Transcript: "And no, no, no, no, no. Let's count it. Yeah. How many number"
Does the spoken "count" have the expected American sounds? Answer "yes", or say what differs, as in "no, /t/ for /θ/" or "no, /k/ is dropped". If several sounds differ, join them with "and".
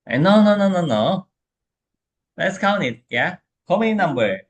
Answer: no, /t/ is dropped